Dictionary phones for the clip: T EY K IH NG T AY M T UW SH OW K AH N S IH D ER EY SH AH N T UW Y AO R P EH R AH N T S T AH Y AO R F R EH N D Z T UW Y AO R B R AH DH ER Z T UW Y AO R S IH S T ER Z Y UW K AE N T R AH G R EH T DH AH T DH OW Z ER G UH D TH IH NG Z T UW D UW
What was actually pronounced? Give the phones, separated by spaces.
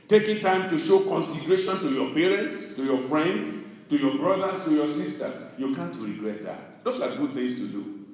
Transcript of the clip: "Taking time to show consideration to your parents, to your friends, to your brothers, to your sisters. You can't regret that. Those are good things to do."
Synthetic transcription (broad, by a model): T EY K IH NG T AY M T UW SH OW K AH N S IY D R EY SH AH N T UW Y AO P EH R AH N T S T AH Y AO F R EH N D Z T UW Y AO B R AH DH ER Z T UW Y AO S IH S T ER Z Y UW K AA N T R AH G R EH T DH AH T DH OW S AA G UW D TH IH NG S T UW D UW